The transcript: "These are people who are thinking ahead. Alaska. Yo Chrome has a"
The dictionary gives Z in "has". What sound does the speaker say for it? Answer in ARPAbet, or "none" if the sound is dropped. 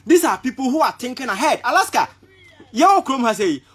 S